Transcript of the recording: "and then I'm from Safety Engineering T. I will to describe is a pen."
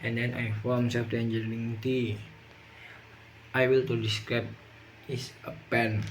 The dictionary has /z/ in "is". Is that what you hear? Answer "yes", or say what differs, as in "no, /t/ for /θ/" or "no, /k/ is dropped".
no, /s/ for /z/